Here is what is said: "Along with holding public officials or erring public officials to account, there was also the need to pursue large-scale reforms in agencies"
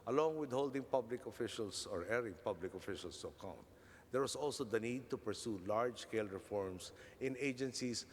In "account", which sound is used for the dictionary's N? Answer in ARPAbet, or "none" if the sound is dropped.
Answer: N